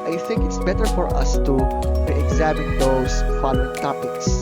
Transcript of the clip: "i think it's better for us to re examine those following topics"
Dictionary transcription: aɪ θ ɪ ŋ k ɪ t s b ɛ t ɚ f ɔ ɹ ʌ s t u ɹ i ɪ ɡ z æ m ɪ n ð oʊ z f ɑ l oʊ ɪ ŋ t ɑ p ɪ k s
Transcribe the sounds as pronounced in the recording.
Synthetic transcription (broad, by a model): aɪ θ ɪ ŋ k ɪ t s b ɛ t ɚ f ɔ ɹ ʌ s t u ɹ i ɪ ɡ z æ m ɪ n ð oʊ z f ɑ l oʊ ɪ t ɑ p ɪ k s